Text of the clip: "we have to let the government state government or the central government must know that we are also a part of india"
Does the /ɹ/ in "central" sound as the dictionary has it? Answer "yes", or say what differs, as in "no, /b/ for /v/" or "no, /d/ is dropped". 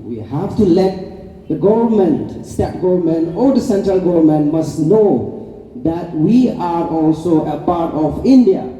yes